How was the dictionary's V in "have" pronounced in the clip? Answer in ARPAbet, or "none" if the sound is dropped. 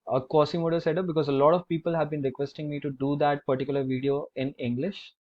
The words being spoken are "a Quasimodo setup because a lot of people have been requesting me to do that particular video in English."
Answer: V